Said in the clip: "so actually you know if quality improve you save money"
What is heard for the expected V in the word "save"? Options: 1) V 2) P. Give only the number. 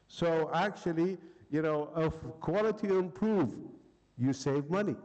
1